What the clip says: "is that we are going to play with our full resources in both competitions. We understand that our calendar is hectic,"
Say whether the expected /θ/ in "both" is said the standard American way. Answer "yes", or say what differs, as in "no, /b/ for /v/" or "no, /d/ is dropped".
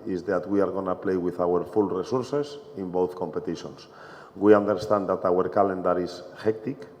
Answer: yes